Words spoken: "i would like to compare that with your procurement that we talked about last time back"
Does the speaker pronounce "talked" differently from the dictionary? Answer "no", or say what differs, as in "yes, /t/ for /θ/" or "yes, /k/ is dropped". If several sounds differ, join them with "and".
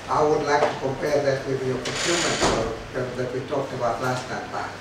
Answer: no